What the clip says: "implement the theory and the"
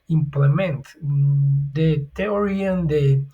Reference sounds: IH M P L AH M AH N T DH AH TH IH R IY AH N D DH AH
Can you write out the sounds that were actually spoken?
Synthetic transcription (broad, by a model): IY M P L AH M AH N T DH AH T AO R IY AH N D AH